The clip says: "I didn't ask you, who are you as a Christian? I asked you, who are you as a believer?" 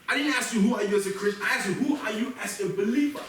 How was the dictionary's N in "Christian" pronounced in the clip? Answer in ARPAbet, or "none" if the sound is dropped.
none